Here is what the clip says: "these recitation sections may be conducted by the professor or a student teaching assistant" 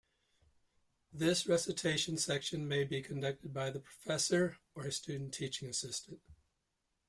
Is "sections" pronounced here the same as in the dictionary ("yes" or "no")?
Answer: no